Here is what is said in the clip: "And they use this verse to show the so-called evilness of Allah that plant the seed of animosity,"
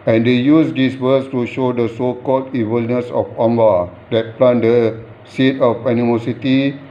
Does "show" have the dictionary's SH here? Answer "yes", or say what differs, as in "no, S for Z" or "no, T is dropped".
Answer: yes